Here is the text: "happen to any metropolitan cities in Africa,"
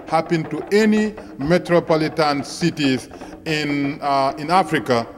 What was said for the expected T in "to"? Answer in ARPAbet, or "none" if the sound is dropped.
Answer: T